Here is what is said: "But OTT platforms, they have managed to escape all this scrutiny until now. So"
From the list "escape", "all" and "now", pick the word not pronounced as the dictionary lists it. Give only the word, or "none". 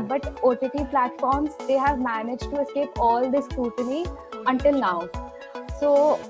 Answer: none